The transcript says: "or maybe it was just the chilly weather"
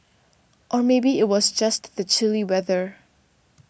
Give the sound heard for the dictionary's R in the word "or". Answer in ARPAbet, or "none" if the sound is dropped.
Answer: R